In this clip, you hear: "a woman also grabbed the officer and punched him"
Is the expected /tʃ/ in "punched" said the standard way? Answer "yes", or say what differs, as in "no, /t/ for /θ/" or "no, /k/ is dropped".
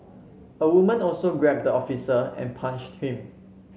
no, /ʃ/ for /tʃ/